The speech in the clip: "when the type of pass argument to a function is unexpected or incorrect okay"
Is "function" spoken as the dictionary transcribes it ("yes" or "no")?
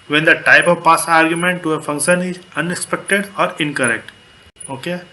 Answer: yes